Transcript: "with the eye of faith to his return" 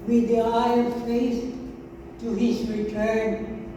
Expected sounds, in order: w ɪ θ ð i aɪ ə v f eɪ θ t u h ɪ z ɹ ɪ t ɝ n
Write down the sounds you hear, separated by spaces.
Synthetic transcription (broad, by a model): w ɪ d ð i aɪ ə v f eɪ s t u h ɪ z ɹ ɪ t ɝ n